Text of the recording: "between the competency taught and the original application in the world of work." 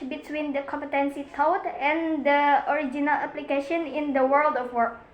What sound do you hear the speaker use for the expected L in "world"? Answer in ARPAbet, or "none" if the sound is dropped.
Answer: L